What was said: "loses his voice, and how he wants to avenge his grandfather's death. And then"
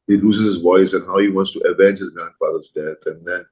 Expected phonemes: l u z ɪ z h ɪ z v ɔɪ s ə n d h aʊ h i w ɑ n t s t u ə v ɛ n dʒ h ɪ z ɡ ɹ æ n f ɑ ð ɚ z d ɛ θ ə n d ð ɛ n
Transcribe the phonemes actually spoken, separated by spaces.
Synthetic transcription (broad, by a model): l u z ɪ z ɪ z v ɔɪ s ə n h aʊ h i w ɑ n t s t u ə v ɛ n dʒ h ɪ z ɡ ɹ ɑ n f ɑ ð ɚ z d ɛ θ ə n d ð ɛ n